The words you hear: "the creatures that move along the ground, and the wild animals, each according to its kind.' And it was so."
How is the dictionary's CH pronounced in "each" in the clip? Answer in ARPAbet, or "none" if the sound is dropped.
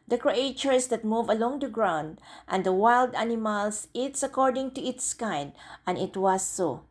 S